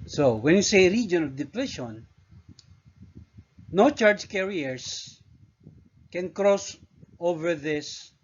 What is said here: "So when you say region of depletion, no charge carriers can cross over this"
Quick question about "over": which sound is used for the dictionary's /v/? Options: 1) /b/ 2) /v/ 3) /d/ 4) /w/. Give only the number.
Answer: 2